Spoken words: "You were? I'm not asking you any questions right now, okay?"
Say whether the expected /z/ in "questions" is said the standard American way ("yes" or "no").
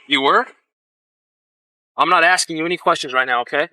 yes